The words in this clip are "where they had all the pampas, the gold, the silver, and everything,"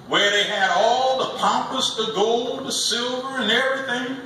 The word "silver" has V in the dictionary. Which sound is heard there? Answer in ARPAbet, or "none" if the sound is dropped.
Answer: V